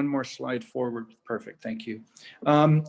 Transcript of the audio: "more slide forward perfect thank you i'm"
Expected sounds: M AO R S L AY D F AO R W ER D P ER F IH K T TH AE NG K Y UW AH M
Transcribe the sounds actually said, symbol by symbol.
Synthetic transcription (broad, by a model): M AO R S L AY D F AO R W ER D P ER F IH K T TH AE NG K Y UW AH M